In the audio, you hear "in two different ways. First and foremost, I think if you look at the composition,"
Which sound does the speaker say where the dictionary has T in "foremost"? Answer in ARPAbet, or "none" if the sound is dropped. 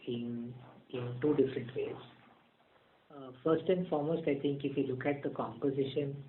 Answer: T